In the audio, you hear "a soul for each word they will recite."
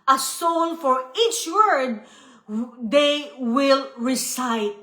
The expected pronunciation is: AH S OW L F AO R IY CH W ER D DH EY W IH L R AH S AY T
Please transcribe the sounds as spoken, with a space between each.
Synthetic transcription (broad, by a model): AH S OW N F AO R IY CH W ER D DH EY W IH L R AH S AY T